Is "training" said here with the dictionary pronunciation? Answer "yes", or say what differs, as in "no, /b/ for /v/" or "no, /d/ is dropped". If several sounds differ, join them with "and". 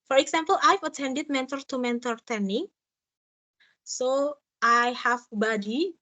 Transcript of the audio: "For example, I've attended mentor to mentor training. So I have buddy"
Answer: no, /ɹ/ is dropped